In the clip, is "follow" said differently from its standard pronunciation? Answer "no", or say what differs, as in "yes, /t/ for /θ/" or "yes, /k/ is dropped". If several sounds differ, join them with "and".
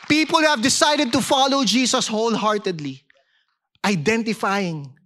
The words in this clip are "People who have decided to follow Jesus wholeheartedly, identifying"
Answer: no